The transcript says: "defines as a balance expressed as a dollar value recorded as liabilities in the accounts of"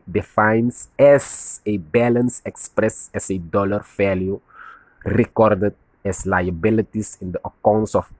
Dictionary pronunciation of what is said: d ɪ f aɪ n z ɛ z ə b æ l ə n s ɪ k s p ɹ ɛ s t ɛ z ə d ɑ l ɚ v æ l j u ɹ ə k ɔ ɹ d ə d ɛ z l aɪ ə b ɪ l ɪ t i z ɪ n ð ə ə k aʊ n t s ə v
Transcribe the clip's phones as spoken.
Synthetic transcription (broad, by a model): d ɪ f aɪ n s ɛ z ə b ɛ l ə n s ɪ k s p ɹ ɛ s ɛ s ə d ɑ l ɚ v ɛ l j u ɹ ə k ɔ ɹ d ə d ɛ s l aɪ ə b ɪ l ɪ t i s ɪ n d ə ə k aʊ n t s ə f